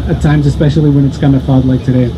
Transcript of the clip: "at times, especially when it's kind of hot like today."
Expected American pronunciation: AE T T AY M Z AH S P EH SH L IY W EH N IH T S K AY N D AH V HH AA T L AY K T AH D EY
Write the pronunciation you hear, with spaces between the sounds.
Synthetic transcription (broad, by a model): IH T T AY M Z AH S P EH SH L IY W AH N IH T S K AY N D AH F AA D L AY K T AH D EY